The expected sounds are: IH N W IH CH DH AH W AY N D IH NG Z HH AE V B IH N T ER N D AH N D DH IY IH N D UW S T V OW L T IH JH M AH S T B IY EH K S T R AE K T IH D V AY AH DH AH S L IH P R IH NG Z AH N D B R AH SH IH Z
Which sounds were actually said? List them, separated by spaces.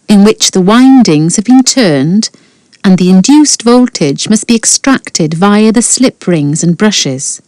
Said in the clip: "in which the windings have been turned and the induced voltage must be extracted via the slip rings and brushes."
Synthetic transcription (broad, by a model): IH N W IH CH DH AH W AY N D IH NG Z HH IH V B IH N T ER N D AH N DH IY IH N D UW S T V OW L T IH JH M AH S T B IY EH K S T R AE K T IH D V AY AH DH AH S L IH P R IH NG Z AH N B R AH SH IH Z